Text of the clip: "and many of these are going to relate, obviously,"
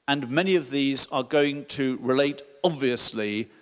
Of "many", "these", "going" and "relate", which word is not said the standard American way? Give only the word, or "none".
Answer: none